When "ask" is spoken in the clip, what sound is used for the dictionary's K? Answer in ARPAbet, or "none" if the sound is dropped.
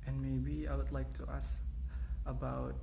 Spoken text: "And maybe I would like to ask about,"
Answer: none